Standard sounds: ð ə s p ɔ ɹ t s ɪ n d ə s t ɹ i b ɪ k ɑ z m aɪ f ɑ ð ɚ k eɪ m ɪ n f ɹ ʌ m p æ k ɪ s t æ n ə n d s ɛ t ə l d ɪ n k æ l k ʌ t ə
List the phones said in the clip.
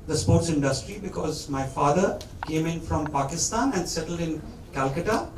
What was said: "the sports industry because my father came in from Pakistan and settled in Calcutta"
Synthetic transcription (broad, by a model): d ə s p ɔ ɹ t s ɪ n d ə s t ɹ i b ɪ k ɑ z m aɪ f ɑ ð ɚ k eɪ m ɪ n f ɹ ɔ m p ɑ k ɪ s t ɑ n ə n d s ɛ t ə l d ɪ n k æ l k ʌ t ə